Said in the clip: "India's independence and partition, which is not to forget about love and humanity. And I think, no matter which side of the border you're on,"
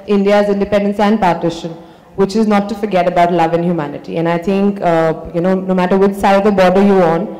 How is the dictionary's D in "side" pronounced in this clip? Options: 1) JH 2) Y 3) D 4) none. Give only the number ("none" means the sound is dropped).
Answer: 4